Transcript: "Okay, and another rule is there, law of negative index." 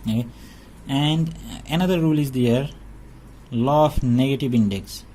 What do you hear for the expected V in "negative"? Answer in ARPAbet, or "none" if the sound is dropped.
V